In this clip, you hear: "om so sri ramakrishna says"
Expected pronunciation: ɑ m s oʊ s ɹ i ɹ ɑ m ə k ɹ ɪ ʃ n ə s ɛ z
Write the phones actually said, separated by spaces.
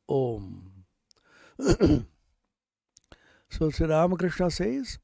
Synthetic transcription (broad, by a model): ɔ m s oʊ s i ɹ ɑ m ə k ɹ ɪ ʃ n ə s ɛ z